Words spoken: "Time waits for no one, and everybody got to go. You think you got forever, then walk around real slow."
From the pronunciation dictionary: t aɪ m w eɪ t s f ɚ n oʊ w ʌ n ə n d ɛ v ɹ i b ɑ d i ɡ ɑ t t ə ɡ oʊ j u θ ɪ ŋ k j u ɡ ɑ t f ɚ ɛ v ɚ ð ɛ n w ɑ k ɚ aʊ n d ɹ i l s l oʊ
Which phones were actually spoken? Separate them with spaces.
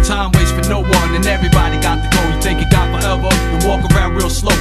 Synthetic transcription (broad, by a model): t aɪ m w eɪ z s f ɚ n oʊ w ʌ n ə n ɛ v ɹ i b ɑ d i ɡ ɑ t t ə ɡ oʊ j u θ ɪ ŋ k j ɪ ɡ ɑ t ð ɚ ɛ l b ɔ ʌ w ɑ k ɚ aʊ n d ɹ i l s l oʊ